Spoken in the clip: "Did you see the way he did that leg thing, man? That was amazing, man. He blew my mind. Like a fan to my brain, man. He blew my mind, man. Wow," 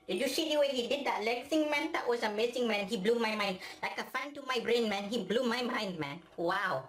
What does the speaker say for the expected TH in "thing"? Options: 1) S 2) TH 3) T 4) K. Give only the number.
1